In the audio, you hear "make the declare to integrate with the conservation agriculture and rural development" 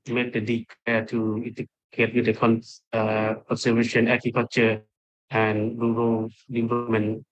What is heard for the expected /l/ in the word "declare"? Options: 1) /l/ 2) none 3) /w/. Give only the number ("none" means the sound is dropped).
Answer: 2